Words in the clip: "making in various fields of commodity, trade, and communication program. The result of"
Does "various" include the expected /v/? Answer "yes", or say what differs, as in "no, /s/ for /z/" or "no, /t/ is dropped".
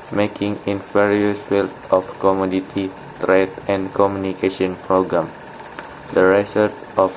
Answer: no, /f/ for /v/